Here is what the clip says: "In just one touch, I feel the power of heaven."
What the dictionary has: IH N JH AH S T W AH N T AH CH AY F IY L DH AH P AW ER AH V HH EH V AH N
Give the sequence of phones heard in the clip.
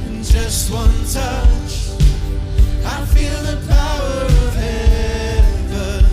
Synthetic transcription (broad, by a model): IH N JH AH S T W AH N T AH CH AY F IY L DH AH P AW ER AH V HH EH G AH